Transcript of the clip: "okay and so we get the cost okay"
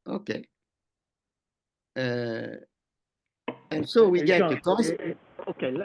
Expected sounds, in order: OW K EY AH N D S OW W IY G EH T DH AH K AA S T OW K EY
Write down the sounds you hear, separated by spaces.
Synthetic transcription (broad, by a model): OW K EY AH N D S OW W IY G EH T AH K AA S OW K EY